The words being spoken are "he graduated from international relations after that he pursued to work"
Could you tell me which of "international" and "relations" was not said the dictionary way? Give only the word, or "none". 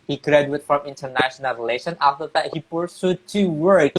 relations